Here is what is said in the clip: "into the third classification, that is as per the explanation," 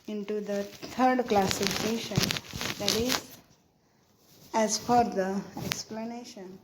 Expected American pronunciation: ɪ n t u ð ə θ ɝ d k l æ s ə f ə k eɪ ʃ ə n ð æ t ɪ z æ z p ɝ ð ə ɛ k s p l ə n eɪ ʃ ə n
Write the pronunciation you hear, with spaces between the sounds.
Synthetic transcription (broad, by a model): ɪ n t u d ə t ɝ d k l æ s ə f ə k eɪ ʃ ə n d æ t ɪ z æ z f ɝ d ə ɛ k s p l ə n eɪ ʃ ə n